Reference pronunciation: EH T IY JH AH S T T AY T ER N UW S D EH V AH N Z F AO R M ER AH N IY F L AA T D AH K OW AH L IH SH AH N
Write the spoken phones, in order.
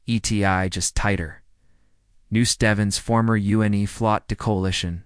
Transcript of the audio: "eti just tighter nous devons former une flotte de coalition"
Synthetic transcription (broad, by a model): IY T IY JH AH S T T AY T ER N UW S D EH V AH N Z F AO R M ER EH N IY F L AA T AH K OW AH L IH SH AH N